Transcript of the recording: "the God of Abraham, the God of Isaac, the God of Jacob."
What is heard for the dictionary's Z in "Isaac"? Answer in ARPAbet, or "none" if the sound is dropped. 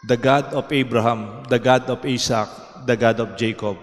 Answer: S